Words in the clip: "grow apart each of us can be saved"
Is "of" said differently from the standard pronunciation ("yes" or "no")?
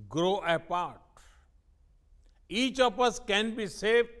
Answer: yes